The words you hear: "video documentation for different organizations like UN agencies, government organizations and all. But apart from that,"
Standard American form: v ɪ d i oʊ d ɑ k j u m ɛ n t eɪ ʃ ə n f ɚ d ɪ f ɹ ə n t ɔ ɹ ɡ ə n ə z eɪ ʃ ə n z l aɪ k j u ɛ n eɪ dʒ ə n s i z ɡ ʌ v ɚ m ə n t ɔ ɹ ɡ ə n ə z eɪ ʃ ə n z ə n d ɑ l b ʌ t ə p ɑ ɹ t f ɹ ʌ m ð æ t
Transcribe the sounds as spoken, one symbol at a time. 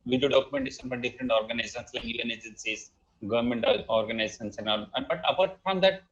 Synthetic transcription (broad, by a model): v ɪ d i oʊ d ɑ k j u m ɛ n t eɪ s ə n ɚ d ɪ f ɹ ə n t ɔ ɹ ɡ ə n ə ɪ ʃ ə n s l aɪ k j u ɛ n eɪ dʒ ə n s i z ɡ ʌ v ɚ m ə n t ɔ ɹ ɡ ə n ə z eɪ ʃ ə n s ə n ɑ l b ʌ t ə p ɑ ɹ t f ɹ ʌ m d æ t